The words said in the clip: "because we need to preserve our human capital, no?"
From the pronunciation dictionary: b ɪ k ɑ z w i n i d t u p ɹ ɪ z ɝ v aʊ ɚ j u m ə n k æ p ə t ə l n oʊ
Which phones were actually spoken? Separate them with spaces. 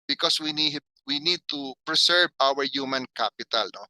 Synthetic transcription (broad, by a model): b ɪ k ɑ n w i n i d t u p ɹ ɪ s ɝ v aʊ ɚ j u m ə n k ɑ p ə t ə l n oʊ